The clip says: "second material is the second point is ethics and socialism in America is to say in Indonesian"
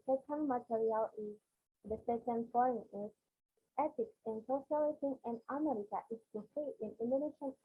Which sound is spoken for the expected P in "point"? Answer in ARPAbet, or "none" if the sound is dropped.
F